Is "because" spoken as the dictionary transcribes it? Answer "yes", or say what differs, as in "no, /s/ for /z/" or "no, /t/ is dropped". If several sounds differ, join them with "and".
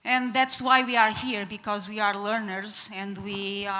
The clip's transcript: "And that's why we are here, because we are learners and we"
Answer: yes